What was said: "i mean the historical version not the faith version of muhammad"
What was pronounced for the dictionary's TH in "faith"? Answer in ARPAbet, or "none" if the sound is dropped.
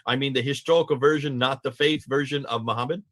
TH